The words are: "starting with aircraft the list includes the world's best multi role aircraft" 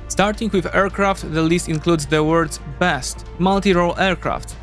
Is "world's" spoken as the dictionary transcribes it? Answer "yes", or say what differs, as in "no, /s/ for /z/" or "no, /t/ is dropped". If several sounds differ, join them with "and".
no, /l/ is dropped